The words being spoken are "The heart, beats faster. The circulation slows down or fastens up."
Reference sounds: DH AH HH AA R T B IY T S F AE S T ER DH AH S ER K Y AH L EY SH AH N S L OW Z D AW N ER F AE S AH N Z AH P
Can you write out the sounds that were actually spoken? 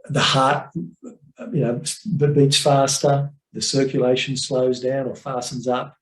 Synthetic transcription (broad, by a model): DH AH HH AA R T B IY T S F AE S T ER DH AH S ER K Y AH L EY SH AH N S L OW Z D AW N ER F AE S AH N Z AH P